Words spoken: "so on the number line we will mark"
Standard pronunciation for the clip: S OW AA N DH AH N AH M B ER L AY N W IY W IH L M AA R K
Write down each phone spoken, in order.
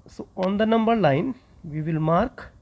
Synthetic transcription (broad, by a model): S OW AA N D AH N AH M B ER L AY N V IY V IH L M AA R K